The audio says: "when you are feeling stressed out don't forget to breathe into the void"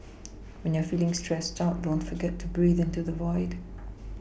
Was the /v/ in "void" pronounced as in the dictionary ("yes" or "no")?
yes